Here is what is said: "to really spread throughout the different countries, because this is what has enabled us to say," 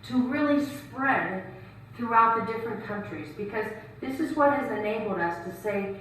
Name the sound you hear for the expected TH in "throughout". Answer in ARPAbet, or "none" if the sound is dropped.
TH